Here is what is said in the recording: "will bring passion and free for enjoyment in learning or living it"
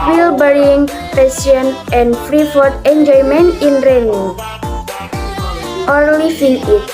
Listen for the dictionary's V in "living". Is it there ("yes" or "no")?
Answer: no